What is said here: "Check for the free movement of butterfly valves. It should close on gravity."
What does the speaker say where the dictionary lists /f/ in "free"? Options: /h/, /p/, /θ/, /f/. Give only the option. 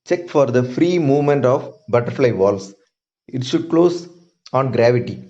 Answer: /f/